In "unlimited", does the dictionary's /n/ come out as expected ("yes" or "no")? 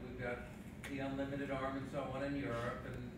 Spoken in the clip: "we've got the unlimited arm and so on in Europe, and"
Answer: yes